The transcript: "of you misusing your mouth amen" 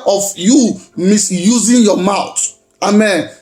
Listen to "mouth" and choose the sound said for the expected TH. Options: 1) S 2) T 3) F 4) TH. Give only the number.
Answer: 2